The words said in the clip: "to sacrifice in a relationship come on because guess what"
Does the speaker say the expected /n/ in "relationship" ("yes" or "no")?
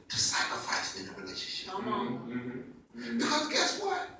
yes